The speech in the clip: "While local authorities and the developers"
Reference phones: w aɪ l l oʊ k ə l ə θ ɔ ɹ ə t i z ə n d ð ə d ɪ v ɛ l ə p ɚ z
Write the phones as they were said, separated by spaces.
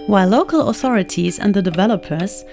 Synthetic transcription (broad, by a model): w aɪ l l oʊ k ə l ə θ ɔ ɹ ə t i z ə n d ð ə d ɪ v ɛ l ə p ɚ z